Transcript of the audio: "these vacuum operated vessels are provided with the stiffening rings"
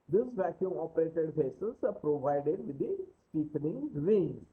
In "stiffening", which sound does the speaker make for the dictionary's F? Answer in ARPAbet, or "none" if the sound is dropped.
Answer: P